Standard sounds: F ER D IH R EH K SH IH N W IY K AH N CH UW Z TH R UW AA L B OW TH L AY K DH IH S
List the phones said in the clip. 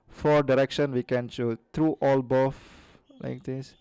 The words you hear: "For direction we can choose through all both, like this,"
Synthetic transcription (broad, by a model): F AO D IH R EH K SH IH N W IY K AH N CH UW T R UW AA L B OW F L AY K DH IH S